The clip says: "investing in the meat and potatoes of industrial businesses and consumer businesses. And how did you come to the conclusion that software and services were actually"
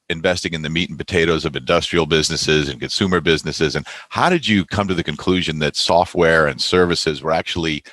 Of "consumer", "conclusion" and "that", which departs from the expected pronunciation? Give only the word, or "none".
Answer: none